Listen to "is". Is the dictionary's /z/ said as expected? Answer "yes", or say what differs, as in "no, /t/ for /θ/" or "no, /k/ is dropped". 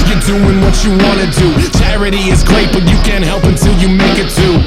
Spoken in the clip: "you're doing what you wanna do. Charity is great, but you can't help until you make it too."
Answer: yes